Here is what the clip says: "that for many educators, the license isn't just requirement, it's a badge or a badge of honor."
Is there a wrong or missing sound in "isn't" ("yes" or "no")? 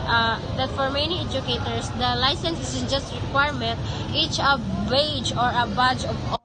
yes